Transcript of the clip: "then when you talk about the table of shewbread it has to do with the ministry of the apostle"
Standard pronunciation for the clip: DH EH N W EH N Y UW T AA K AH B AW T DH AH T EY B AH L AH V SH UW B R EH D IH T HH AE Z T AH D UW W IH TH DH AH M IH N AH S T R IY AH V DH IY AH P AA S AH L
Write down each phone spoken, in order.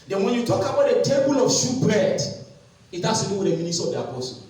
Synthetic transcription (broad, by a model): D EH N W EH N Y UW T AA K AH B AW T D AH T EY B AH L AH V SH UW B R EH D IH T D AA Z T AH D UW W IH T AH M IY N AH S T IY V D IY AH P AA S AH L